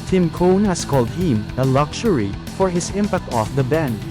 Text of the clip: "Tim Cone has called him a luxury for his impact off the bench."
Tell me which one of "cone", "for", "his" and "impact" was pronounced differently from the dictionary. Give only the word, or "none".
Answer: his